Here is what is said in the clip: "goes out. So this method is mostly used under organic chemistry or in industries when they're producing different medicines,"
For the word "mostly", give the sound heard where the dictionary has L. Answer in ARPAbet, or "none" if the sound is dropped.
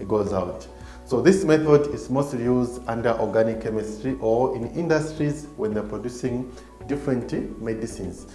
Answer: L